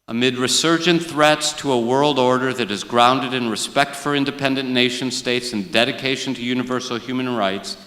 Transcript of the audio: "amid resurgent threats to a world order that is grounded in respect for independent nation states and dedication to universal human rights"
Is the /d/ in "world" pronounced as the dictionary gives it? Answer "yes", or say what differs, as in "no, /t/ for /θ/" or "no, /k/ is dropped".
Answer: yes